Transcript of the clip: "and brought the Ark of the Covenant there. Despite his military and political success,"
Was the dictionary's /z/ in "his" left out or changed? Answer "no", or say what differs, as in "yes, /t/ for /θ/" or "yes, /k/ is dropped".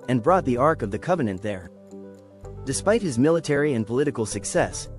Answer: no